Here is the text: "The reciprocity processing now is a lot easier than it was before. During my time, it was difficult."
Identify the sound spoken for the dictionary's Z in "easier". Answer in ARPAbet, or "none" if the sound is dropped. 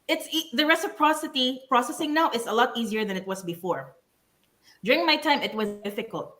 Z